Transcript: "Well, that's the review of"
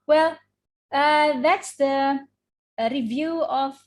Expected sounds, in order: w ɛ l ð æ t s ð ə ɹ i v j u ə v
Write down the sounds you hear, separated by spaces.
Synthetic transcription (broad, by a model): w ɛ l ð æ t s ð ə ɹ i v j u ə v